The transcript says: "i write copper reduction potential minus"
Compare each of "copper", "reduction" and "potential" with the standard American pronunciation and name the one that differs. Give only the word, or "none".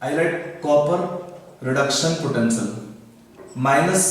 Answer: potential